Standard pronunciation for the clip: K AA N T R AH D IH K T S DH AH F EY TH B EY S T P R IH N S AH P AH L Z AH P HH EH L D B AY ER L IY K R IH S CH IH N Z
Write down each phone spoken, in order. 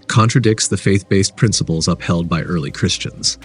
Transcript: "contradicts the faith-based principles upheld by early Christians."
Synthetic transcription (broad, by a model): K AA N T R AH D IH K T S DH AH F EY TH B EY S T P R IH N S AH P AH L Z AH P HH EH L D B AY ER L IY K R IH S CH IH N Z